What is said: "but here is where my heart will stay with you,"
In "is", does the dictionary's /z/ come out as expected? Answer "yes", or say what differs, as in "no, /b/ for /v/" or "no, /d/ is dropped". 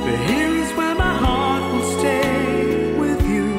yes